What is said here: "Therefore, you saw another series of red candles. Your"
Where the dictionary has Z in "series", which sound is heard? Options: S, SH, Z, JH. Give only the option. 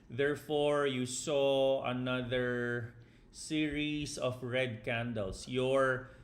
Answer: S